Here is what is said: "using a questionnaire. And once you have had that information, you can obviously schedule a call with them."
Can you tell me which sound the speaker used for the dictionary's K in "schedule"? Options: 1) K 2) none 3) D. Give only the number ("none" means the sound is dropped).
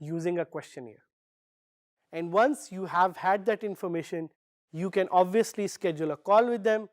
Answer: 1